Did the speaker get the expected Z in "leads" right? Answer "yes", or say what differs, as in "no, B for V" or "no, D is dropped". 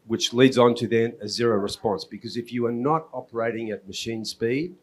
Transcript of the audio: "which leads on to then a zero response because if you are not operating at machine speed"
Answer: yes